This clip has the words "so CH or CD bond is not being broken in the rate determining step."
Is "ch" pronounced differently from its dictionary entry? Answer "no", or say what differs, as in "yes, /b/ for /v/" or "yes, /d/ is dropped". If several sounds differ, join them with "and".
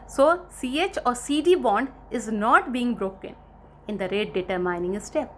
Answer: no